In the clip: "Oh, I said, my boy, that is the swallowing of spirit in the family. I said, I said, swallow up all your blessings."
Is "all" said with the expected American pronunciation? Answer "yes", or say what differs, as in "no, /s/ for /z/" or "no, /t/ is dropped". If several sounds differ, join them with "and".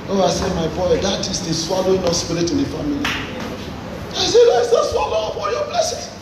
no, /n/ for /l/